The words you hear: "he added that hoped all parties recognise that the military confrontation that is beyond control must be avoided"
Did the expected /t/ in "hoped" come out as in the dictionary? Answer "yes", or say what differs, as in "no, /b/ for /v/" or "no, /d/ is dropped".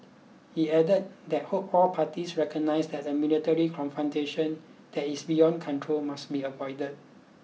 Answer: no, /t/ is dropped